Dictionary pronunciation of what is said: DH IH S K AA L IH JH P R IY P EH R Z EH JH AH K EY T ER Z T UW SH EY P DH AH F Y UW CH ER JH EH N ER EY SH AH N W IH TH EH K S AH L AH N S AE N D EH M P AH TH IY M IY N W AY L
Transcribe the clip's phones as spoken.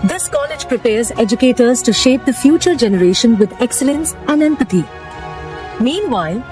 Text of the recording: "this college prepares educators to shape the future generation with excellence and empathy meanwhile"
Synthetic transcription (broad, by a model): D IH S K AA L IH JH P R IY P EH R Z EH JH AH K EY T ER Z T UW SH EY P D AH F Y UW CH ER JH EH N ER EY SH AH N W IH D EH K S AH L AH N S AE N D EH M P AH T IY M IY N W AY L